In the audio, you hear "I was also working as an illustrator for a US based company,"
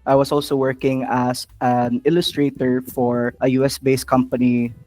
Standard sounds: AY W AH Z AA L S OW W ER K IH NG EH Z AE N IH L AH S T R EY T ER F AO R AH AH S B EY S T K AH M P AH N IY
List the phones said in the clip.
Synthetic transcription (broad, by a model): AY W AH S AA L S OW W ER K IH NG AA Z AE N IH L AH S T R EY T ER F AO R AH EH S B EY S K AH M P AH N IY